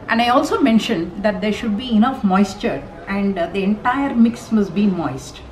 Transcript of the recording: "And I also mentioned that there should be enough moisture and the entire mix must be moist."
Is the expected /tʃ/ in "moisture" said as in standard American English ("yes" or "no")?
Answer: yes